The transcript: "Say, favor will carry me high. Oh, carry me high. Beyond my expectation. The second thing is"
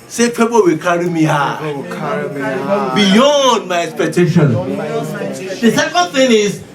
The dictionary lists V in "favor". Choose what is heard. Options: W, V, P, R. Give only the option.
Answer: P